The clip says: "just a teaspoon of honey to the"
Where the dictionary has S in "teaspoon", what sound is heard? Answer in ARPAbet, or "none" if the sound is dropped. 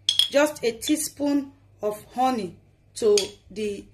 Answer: S